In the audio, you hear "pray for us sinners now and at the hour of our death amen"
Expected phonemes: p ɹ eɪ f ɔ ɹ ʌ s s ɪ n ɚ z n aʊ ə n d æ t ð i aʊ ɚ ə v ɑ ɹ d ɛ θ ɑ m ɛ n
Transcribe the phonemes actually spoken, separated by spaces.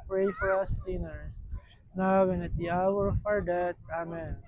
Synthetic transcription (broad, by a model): p ɹ eɪ f ɔ ɹ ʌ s s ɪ n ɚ s n aʊ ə n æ t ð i aʊ ɚ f ɑ ɹ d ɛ t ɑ m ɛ n